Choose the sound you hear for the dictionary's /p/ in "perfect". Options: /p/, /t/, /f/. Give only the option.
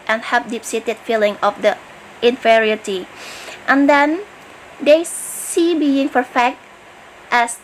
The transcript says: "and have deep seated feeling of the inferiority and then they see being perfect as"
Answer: /f/